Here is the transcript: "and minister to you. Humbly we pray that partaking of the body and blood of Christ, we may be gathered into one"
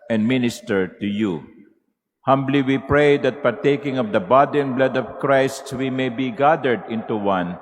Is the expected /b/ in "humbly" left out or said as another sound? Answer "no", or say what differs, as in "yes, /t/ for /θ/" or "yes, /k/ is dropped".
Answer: no